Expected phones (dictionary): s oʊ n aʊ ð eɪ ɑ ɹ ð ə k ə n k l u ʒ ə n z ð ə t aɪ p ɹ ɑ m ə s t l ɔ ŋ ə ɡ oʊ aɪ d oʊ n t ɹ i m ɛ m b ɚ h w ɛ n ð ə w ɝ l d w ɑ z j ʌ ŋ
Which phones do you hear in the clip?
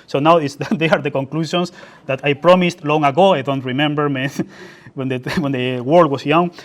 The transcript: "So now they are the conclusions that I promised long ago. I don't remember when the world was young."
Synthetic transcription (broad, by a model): s oʊ n aʊ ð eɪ ɑ ɹ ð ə k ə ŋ k l u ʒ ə n s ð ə t aɪ p ɹ ɑ m ə s t l ɔ ŋ ə ɡ oʊ aɪ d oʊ n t ɹ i m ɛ m b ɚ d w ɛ n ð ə w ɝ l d w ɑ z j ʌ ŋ